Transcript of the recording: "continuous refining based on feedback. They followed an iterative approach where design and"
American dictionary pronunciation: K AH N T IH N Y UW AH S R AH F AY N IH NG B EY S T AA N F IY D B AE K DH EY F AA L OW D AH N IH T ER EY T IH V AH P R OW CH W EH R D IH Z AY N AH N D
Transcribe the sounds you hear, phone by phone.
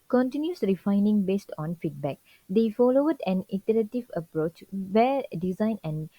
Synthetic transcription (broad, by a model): K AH N T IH N Y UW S R AH F AY N IH NG B EY S T AA N F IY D B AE K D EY F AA L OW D AH N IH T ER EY T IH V AH P R OW CH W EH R D IH Z AY N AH N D